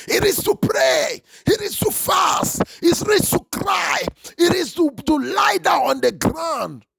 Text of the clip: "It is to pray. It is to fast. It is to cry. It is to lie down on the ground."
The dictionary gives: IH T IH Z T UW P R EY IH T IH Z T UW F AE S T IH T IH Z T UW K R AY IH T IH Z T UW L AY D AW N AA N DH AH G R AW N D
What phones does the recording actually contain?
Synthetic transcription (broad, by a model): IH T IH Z T UW P R EY IH T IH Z T UW F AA S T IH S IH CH T UW K R AY IH T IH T T UW L AY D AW AA N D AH G R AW N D